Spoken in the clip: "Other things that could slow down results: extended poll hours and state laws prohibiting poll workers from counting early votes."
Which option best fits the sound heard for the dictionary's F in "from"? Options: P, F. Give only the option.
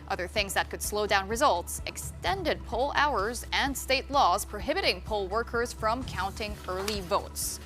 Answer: F